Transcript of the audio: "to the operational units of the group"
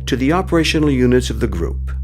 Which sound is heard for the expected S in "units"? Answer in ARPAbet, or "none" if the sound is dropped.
S